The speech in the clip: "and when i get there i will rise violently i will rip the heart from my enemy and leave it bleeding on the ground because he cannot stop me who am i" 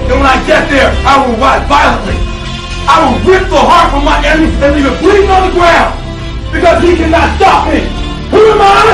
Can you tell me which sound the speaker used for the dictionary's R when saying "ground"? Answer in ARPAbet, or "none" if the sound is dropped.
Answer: W